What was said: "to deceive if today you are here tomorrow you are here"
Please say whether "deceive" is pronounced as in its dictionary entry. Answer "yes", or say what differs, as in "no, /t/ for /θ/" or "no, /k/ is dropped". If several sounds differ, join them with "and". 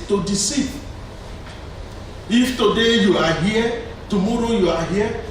no, /v/ is dropped